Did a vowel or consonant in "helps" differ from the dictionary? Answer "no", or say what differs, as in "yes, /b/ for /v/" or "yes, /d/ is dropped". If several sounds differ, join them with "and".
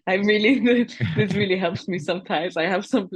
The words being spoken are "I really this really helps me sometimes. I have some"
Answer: no